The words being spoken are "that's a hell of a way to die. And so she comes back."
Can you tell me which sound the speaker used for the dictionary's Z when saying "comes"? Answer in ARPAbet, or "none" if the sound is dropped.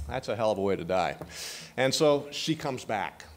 Z